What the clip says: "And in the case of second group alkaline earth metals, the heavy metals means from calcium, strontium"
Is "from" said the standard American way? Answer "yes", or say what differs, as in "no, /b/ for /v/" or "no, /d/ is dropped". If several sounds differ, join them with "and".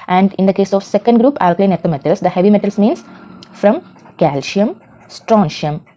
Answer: yes